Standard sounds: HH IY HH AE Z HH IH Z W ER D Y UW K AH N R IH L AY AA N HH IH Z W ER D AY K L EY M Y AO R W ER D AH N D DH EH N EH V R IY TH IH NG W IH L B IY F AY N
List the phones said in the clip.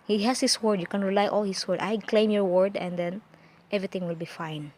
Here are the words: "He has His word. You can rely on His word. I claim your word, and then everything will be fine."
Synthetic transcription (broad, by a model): HH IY HH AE S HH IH S W ER D Y UW K AH N R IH L AY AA L HH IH S W ER D AY K L EY M Y AO R W ER D AH N D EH N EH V R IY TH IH NG W IH L B IY F AY N